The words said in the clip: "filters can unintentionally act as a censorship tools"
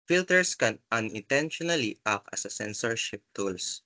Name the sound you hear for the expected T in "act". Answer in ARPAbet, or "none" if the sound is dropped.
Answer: none